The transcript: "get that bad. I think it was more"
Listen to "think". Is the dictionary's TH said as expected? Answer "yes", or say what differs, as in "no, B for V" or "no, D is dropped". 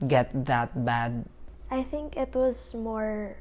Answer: yes